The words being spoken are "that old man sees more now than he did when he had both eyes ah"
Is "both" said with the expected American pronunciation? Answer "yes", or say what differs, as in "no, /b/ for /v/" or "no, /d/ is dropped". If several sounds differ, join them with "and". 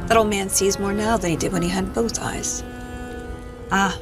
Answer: yes